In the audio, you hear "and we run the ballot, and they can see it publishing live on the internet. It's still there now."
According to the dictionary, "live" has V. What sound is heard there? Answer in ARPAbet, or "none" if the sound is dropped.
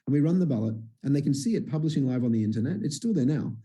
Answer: V